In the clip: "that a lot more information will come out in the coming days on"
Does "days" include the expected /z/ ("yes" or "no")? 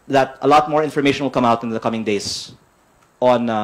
no